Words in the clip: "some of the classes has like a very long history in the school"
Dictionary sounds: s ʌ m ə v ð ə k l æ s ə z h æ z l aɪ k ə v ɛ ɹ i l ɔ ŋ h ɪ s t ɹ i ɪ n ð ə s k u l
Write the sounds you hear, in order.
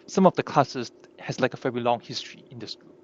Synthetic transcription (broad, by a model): s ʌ m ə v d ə k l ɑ s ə s h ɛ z l aɪ k ə f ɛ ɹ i l ɔ ŋ h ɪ s t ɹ i ɪ n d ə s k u